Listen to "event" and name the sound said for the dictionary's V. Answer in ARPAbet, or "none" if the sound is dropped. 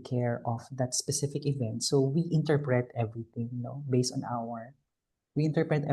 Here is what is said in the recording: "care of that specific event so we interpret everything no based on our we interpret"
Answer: V